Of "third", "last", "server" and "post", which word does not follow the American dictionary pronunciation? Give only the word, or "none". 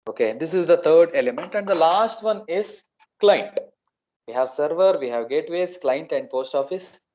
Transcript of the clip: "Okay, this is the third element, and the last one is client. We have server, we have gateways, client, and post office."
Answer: third